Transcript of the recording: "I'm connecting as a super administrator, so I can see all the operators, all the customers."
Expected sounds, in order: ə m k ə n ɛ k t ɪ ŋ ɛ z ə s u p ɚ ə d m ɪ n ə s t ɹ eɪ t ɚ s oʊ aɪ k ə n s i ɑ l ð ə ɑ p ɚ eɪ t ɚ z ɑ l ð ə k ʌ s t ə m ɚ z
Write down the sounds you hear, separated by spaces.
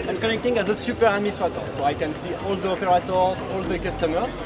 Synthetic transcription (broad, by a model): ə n k ə n ɛ k t ɪ ŋ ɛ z ə s u p ɚ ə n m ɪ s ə t ɔ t s oʊ aɪ k ə n s i ɑ l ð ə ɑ p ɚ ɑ t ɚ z ɑ l ð ə k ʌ s t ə m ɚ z